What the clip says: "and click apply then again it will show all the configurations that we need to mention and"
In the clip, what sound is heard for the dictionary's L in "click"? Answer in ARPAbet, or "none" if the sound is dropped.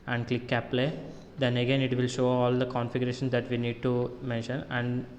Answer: L